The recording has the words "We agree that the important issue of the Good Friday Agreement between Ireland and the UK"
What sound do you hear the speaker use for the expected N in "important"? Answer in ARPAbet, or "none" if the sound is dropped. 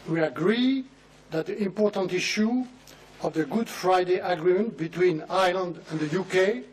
N